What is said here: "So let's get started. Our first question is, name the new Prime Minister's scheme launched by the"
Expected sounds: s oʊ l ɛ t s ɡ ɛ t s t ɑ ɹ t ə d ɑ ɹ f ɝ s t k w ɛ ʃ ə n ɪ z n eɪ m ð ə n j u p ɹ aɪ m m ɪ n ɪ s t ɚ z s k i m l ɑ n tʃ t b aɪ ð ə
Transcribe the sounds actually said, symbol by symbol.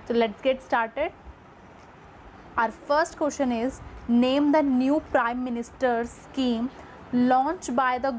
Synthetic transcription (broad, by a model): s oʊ l ɛ t s ɡ ɛ t s t ɑ ɹ t ə d ɑ ɹ f ɝ s t k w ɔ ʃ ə n ɪ z n eɪ m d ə n j u p ɹ aɪ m m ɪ n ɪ s t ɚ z s k i m l ɑ n tʃ t b aɪ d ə